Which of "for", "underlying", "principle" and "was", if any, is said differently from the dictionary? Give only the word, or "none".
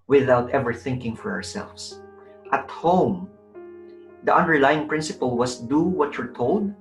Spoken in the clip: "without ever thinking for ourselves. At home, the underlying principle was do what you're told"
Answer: was